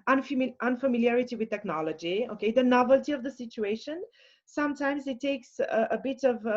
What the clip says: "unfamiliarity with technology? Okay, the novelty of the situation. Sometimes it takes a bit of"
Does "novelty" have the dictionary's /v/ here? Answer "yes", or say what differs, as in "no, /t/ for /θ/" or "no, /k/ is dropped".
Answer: yes